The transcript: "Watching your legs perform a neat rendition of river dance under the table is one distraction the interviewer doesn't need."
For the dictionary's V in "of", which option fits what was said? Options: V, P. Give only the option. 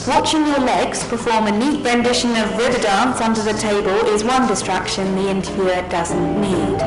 V